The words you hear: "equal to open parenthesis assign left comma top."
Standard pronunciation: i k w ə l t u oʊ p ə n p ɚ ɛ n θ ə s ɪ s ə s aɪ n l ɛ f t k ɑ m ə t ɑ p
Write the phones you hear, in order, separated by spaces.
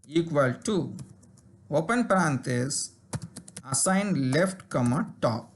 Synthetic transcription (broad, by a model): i k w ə l t u oʊ p ə n p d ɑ n t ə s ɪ s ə ɪ n l ɛ f t k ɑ m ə t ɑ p